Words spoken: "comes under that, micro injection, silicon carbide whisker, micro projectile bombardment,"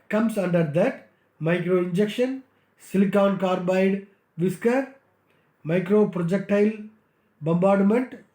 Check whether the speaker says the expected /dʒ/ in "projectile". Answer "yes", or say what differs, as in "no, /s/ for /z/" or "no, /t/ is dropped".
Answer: yes